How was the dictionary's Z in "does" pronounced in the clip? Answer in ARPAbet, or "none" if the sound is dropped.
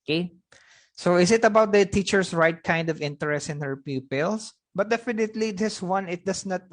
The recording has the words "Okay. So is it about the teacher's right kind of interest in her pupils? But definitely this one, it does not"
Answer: S